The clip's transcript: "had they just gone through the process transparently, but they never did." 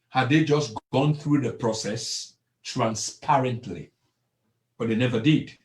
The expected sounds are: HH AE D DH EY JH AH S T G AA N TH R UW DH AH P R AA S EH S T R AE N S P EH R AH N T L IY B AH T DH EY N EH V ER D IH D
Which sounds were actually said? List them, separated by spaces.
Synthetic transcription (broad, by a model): HH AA D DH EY JH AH S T G AA N TH R UW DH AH P R AA S EH S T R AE N S P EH R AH N T L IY B AH T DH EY N EH V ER D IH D